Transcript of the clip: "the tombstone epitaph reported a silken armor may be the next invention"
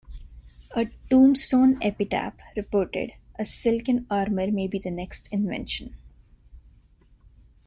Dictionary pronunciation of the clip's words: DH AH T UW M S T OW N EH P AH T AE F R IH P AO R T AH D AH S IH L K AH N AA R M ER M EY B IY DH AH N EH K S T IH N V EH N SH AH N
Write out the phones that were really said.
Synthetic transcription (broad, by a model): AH T UW M S T OW N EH P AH T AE P R IH P AO R T AH D AH S IH L K AH N AA R M ER M EY B IY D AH N EH K S T IH N V EH N SH AH N